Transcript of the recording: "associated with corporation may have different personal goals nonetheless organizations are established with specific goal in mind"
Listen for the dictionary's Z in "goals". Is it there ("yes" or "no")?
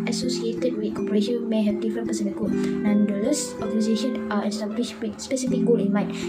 no